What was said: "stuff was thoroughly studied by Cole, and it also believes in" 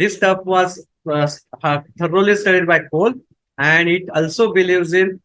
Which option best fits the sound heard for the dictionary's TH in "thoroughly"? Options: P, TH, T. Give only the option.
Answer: T